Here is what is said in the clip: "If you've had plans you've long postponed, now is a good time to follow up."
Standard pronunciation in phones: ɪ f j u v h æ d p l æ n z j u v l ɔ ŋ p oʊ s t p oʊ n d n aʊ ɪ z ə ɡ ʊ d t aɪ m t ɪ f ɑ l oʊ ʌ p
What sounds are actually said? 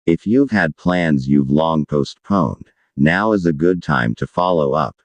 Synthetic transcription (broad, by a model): ɪ f j u v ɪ d p l æ n z j u v l ɔ ŋ p oʊ s t p oʊ n d n aʊ ɪ z ə ɡ ʊ d t aɪ m t ɪ f ɑ l oʊ ʌ p